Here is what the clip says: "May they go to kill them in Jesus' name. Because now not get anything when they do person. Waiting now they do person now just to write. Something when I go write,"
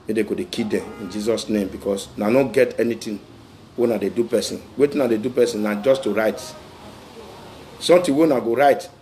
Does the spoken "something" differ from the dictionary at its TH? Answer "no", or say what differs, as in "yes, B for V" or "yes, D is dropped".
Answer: yes, T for TH